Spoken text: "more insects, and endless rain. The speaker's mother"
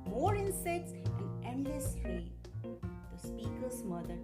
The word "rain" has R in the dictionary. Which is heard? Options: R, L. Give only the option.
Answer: L